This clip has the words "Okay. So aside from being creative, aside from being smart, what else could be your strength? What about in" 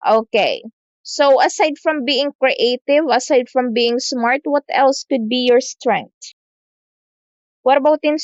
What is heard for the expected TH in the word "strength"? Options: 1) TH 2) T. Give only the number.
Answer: 2